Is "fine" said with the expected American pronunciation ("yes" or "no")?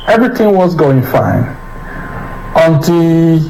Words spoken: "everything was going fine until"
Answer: yes